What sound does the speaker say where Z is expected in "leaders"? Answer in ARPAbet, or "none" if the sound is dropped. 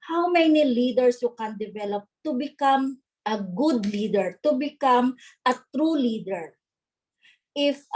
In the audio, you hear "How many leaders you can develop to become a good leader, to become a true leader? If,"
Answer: S